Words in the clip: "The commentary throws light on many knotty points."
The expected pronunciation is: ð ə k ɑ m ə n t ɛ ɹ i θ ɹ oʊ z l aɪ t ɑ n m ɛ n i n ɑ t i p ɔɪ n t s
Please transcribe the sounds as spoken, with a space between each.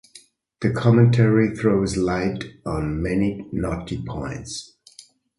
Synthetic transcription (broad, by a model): ð ə k ɑ m ə n t ɛ ɹ i θ ɹ oʊ z l aɪ t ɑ n m ɛ n i n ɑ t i p ɔɪ n t s